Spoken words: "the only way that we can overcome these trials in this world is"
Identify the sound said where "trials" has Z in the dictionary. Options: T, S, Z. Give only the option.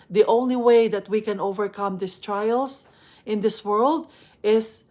S